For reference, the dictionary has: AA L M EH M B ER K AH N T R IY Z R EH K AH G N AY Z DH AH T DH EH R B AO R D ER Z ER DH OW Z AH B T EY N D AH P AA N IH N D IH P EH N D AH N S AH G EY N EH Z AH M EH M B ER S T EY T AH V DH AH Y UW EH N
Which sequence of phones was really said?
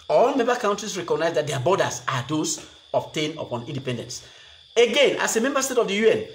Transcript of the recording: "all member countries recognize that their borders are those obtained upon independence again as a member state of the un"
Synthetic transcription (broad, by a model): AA L M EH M B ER K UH N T R IY S R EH K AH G N AY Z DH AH T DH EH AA B AO D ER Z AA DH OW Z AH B T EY N AH P AA N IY N D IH P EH N D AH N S AH G EY N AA S AH M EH M B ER S T EY T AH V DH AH Y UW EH N